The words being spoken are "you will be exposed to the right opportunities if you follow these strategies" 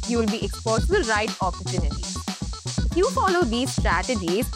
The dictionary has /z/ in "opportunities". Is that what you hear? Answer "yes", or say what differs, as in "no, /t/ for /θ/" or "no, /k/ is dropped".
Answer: no, /z/ is dropped